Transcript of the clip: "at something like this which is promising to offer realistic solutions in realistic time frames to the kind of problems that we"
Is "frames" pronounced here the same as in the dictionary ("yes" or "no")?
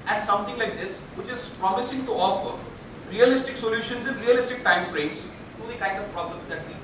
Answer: no